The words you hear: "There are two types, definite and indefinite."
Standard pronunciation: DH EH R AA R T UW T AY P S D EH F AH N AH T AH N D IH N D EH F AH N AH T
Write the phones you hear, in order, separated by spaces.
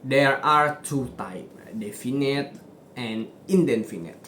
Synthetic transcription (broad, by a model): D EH R AA R T UW T AY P D EH F AH N AH T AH N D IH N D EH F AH N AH T